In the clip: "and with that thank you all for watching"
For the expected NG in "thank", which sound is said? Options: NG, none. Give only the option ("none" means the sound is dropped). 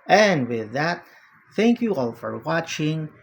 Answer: NG